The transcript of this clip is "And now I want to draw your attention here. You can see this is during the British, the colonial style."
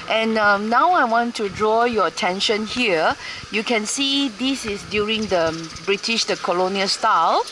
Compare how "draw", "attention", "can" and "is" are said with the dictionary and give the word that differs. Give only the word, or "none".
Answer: is